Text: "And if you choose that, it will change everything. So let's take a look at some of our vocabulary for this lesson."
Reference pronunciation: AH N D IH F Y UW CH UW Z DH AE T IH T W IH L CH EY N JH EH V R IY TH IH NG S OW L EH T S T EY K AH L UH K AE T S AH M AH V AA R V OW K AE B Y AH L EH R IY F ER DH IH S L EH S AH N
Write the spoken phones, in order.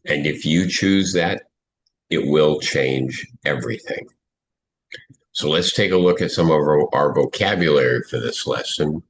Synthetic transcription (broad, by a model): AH N IH F Y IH CH UW Z DH AE T IH T W IH L CH EY N JH EH V R IY TH IH NG S OW L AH T S T EY K AH L UH K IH T S AH M AH V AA R V OW K AE B Y AH L EH R IY F ER DH IH S L EH S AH N